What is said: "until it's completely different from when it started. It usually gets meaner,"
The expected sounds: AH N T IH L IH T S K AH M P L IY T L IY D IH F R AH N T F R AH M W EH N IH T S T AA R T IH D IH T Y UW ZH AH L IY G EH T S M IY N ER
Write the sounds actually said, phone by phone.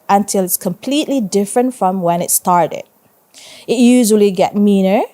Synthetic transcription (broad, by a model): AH N T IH L IH T S K AH M P L IY T L IY D IH F R AH N T F R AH M W EH N IH T S T AA R T IH D IH T Y UW ZH AH L IY G EH T M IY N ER